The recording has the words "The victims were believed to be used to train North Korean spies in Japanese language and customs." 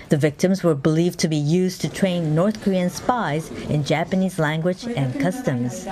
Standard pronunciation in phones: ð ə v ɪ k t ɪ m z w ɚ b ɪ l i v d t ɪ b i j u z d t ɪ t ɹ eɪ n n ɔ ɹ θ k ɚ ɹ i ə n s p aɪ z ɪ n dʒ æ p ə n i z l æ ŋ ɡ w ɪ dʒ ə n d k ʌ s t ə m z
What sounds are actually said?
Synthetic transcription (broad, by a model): ð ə v ɪ k t ɪ m z w ɚ b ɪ l i v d t ɪ b i j u z t ɪ t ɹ eɪ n n ɔ ɹ θ k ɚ ɹ i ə n s p aɪ z ɪ n dʒ æ p ə n i z l æ ŋ ɡ w ɪ dʒ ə n k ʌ s t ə m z